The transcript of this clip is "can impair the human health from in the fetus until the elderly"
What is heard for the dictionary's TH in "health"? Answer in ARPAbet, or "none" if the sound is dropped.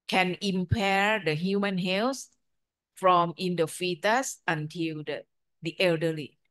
S